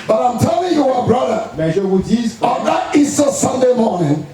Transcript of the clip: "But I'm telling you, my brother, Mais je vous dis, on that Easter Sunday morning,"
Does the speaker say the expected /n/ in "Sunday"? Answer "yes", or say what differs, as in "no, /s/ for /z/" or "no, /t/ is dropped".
yes